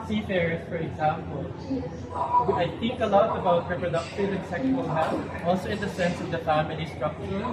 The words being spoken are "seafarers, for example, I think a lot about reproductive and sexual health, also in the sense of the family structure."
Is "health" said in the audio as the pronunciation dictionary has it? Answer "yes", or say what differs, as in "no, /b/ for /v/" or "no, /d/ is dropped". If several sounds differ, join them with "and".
no, /f/ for /θ/